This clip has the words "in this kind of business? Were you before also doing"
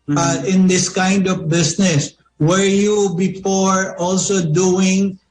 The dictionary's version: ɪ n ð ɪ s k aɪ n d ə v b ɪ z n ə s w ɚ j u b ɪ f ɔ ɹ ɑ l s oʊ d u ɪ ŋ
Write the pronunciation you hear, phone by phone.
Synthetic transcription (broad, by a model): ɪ n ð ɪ s k aɪ n d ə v b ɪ s n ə s w ɚ j u b ɪ f ɔ ɹ ɑ l s oʊ d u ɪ ŋ